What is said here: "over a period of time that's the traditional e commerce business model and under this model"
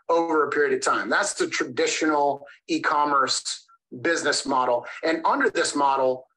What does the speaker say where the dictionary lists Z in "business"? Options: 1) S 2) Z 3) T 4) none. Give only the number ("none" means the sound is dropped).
2